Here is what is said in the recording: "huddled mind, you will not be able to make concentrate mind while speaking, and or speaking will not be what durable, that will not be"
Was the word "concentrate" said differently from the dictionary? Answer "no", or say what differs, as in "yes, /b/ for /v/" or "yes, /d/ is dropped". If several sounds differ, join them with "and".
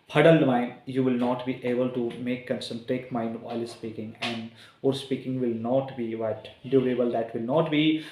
yes, /ɹ/ is dropped